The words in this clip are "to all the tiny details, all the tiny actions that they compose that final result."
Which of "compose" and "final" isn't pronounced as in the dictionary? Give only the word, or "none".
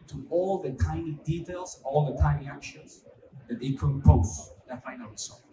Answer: compose